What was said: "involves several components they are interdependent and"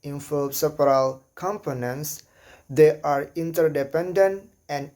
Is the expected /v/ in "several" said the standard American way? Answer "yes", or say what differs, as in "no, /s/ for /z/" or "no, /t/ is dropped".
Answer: no, /p/ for /v/